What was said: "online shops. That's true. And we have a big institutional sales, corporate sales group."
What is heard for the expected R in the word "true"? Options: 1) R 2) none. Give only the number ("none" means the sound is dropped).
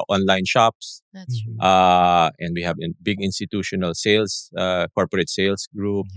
2